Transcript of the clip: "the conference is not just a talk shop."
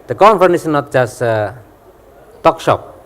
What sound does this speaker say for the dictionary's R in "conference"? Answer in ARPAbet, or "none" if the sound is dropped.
none